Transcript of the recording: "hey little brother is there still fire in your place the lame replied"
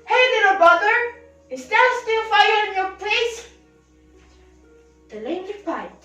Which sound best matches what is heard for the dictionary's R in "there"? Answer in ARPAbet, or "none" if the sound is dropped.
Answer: L